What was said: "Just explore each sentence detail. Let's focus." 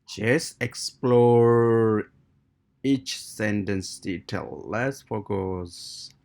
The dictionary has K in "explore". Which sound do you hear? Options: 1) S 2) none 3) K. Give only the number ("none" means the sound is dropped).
3